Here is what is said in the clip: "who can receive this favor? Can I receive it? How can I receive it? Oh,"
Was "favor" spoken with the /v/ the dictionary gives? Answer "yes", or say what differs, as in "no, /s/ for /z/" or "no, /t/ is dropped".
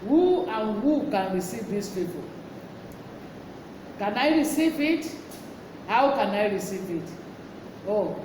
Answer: no, /p/ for /v/